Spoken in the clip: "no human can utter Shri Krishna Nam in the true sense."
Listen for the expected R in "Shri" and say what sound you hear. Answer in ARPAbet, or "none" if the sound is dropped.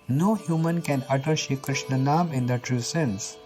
none